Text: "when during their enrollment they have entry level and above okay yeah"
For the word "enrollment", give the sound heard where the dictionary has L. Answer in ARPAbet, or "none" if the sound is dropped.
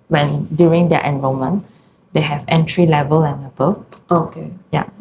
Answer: none